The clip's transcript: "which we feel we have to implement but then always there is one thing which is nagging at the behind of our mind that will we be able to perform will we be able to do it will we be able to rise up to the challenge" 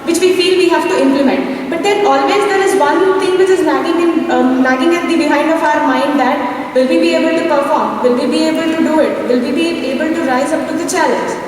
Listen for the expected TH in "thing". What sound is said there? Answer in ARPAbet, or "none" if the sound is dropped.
T